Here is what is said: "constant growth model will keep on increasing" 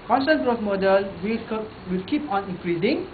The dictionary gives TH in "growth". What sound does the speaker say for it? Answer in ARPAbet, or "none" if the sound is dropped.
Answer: S